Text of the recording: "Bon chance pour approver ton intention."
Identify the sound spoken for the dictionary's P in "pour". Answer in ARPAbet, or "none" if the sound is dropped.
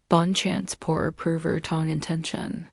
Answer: P